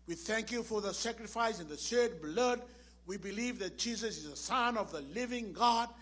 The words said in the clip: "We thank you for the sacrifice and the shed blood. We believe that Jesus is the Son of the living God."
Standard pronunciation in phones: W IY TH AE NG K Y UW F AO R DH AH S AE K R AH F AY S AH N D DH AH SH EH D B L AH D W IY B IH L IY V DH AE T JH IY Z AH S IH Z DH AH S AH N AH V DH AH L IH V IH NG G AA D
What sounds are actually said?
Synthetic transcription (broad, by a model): W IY TH AE NG K Y UW F AO R DH AH S AE K R AH F AY S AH N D DH AH S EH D B L AH D W IY B IH L IY V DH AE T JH IY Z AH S IH Z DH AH S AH N AH V DH AH L IH V IH NG G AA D